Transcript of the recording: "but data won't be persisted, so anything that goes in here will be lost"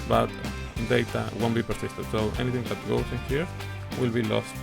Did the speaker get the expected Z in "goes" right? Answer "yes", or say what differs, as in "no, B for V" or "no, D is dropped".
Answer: no, S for Z